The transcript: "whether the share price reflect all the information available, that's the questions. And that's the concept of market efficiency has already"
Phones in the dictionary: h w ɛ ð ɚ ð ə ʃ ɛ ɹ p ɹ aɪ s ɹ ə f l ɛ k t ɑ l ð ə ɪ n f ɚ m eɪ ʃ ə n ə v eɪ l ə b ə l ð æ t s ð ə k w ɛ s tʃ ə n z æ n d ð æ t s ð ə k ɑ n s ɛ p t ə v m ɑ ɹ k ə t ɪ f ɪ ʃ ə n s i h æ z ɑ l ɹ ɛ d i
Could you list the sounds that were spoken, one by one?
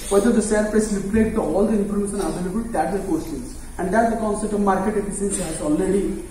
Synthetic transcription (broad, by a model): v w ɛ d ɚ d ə s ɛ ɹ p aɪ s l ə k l ɛ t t ɑ l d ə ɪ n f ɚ m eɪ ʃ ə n ə v eɪ l ə b ə l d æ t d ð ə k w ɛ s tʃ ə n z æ n d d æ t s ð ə k ɑ n s ɛ p t ə v m ɑ ɹ k ə t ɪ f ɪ s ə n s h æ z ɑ l ɹ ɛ d i